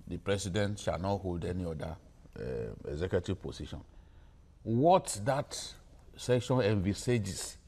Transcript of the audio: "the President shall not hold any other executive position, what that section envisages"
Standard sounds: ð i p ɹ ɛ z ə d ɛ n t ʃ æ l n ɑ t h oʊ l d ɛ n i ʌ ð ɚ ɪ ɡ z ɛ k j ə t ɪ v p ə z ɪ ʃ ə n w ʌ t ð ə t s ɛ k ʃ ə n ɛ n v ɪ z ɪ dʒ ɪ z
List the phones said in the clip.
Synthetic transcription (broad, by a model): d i p ɹ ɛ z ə d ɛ n t ʃ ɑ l n ɑ t h oʊ l d ɛ n i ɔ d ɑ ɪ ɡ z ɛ k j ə t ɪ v p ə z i ʃ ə n w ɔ t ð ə t s ɛ k ʃ ə n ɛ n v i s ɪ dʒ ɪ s